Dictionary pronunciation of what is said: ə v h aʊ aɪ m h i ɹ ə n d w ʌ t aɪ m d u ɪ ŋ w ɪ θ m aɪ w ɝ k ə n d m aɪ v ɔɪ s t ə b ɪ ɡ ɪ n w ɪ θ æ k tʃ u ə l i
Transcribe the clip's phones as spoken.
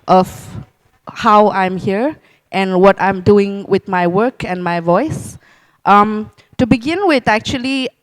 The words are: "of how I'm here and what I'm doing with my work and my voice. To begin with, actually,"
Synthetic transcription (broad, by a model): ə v h aʊ aɪ m h i ɹ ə n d w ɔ t aɪ m d u ɪ ŋ w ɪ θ m aɪ w ɝ k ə n m aɪ v ɔɪ s t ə b ɪ ɡ ɪ n w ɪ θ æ k tʃ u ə l i